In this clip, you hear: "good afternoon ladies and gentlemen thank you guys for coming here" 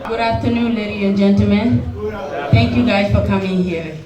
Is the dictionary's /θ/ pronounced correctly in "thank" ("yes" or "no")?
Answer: no